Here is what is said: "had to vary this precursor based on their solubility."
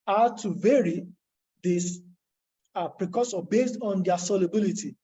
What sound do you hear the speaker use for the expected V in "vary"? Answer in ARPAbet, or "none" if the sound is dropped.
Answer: V